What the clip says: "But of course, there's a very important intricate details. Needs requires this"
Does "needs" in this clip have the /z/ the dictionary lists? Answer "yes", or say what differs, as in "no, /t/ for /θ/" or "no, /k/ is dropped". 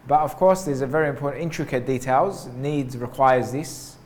yes